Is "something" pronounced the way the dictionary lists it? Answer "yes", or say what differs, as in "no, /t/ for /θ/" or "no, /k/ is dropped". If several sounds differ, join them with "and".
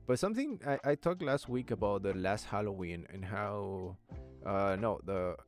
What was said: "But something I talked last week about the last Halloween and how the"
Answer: yes